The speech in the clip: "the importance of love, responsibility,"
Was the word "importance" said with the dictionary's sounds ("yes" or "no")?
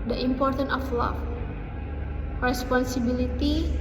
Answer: no